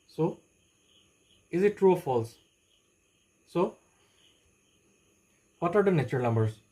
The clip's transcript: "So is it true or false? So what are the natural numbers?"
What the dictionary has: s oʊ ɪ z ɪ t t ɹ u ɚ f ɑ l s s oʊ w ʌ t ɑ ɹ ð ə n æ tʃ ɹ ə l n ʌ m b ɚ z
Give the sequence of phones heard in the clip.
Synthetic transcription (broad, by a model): s oʊ ɪ z ɪ t t ɹ u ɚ f ɑ l s s oʊ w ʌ t ɑ ɹ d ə n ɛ tʃ ə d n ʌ m b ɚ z